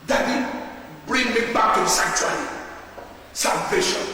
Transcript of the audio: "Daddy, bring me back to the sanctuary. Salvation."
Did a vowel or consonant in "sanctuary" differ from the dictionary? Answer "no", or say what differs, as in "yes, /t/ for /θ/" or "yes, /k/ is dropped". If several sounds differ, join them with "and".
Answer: yes, /ŋ/ is dropped and /l/ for /ɹ/